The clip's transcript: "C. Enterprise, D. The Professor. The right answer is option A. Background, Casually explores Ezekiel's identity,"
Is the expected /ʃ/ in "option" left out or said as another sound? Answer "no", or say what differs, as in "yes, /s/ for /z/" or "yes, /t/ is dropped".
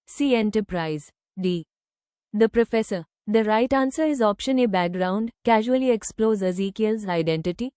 no